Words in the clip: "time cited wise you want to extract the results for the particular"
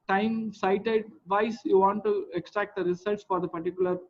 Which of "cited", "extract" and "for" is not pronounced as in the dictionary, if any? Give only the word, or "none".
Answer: none